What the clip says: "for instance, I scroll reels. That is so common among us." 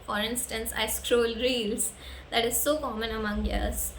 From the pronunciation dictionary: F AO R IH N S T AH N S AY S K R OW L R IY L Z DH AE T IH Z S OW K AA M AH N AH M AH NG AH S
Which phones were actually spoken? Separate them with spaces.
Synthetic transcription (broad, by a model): F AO R IH N S T AH N S AY S K R OW L R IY L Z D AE T IH Z S OW K AA M AH N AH M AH NG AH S